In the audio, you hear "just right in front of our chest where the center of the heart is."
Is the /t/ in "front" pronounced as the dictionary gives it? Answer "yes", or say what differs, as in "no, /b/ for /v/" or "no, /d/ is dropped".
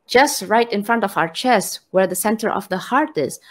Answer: yes